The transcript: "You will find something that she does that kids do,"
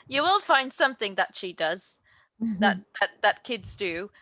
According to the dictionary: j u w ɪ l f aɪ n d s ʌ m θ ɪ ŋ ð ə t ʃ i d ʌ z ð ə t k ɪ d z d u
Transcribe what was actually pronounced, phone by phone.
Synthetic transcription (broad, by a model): j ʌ w ɪ l f aɪ n d s ʌ m θ ɪ ŋ ð ə t ʃ i d ʌ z ð ə t k ɪ d z d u